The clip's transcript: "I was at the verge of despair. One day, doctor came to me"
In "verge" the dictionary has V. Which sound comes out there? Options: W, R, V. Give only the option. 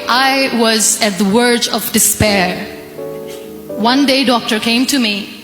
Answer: W